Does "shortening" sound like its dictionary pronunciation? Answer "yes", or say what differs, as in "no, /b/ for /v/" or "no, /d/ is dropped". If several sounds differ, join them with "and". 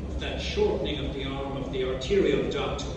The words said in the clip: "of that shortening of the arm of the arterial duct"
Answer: yes